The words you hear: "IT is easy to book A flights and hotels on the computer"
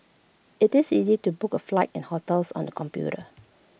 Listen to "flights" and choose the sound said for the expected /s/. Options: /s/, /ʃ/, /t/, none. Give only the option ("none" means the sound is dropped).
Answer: none